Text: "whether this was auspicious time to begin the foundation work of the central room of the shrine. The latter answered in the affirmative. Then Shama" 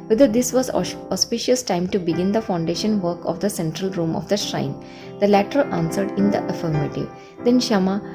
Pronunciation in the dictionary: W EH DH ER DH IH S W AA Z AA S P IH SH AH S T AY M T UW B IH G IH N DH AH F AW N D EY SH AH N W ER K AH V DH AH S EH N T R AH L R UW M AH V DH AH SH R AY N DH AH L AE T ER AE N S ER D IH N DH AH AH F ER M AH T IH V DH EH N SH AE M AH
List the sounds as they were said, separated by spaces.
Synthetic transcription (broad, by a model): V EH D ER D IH S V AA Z AA S P IH SH AH S T AY M T UW B IH G IH N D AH F AW N D EY SH AH N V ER K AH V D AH S EH N T R AH L R UW M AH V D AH SH R AY N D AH L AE T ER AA N S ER D IH N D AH AH F ER M AH T IH V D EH N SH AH M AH